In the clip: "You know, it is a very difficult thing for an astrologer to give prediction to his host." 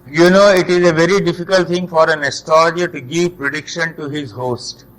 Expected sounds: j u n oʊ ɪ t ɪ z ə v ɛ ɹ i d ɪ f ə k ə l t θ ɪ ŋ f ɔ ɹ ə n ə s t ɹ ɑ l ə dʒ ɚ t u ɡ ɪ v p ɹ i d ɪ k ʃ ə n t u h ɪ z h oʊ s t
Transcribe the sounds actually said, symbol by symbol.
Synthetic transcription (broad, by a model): j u n oʊ ɪ t ɪ z ə v ɛ ɹ i d ɪ f ə k ə l t t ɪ ŋ f ɔ ɹ ə n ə s t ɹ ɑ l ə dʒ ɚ t u ɡ ɪ v p ɹ i d ɪ k ʃ ə n t u h ɪ z h oʊ s t